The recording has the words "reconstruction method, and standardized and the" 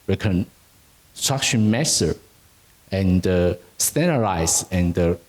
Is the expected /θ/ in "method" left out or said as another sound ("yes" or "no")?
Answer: yes